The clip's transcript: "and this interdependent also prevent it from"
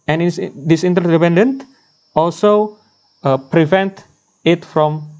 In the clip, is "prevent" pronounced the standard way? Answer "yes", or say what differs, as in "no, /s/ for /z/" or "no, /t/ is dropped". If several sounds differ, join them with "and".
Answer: yes